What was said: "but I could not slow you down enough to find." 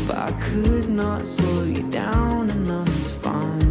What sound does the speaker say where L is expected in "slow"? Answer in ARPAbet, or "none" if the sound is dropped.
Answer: none